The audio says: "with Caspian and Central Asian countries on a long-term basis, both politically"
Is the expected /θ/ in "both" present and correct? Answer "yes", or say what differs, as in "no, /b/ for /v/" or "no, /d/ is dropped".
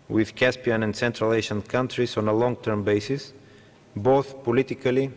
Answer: yes